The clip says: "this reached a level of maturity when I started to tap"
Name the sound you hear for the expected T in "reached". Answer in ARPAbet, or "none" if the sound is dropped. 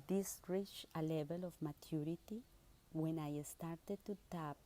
none